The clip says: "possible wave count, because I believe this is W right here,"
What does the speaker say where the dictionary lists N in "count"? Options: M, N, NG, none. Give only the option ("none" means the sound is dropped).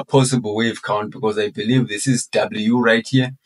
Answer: N